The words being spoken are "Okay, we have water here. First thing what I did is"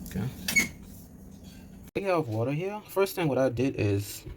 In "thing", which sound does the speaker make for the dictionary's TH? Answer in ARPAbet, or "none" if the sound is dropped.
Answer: TH